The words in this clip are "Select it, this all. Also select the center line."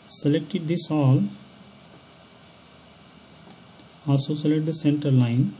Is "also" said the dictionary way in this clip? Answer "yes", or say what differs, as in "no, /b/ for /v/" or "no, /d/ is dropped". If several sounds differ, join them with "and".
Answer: no, /l/ is dropped